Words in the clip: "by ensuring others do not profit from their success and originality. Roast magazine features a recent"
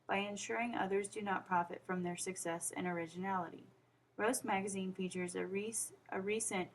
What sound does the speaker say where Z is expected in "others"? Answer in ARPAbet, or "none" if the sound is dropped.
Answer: Z